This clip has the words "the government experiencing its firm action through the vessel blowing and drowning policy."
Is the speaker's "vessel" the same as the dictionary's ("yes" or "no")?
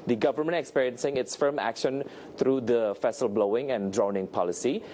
no